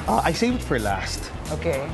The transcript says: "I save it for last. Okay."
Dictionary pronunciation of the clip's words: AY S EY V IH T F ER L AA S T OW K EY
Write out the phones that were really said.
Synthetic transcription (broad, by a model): AY S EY W IH T F ER L AA S T OW K EY